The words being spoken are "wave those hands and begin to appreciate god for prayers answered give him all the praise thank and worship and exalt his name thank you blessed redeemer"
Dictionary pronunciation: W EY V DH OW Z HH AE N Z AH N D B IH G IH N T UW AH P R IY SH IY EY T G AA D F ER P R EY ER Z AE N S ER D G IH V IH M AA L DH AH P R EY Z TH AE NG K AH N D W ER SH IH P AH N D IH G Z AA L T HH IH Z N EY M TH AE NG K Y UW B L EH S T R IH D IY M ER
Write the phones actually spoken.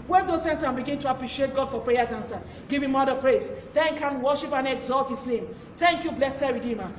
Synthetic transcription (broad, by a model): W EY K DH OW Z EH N S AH N B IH G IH N T UW AH P R IY SH IY EY T G AA D F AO P R EY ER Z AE N S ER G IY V IH M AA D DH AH P R EY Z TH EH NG K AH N W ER SH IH P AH N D IH G Z AA L T HH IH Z N EY M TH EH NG K Y UW B L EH S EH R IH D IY M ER